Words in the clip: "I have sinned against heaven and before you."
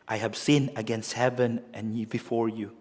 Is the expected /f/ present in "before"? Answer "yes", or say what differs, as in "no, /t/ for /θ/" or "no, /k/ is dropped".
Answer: yes